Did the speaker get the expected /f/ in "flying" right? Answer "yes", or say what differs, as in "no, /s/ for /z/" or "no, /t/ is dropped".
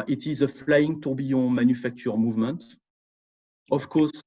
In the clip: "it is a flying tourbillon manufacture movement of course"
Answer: yes